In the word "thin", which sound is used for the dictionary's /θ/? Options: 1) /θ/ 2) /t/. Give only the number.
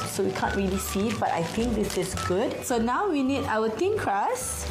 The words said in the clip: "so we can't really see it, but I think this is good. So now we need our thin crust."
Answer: 2